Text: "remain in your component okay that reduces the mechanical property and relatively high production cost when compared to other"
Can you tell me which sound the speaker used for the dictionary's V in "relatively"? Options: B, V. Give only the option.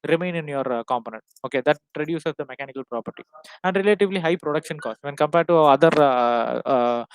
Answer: V